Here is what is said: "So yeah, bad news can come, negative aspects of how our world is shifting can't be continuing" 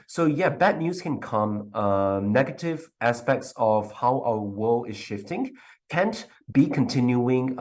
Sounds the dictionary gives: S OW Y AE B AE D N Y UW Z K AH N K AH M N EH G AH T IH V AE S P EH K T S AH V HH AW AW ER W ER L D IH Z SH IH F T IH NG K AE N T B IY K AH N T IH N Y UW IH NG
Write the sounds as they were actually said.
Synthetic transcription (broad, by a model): S OW Y AE B AE D N Y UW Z K AH N K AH M N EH G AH T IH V AE S P EH K T S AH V HH AW AW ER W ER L IH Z SH IH F T IH NG K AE N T B IY K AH N T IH N Y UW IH NG